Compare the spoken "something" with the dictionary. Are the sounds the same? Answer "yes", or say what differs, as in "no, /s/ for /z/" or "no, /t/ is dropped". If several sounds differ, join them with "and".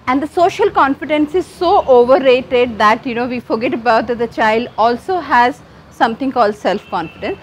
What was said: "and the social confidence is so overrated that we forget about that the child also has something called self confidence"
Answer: no, /t/ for /θ/